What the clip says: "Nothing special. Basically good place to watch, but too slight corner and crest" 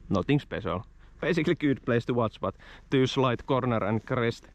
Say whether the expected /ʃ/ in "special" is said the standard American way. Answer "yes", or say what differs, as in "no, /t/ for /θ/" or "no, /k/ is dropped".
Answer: no, /s/ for /ʃ/